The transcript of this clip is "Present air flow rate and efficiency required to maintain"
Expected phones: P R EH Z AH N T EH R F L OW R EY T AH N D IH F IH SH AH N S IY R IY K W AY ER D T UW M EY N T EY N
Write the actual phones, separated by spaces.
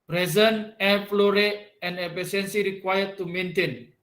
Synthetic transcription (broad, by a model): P R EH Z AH N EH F L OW R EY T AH N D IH P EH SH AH N S IY R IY K W AY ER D T UW M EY N T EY N